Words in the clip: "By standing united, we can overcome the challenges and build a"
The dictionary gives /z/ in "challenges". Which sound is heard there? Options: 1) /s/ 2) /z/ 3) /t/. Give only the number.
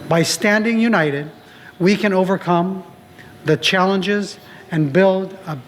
2